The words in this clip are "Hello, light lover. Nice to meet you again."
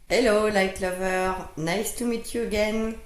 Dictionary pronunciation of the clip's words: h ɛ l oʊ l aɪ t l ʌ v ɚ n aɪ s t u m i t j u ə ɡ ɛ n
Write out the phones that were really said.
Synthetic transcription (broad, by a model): h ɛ l oʊ l aɪ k l ʌ v ɚ n aɪ s t u m i t j u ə ɡ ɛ n